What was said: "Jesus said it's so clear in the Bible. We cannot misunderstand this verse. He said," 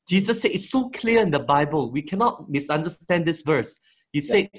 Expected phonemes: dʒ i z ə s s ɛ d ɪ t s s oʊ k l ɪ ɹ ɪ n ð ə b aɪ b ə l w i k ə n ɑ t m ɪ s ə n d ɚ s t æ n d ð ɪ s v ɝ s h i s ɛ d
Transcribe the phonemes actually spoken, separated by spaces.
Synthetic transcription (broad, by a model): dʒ i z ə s s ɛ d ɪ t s s oʊ k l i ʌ ɪ n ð ə b aɪ b ə l w i k ə n ɑ t m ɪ s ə n d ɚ s t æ n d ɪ s v ɝ s h i s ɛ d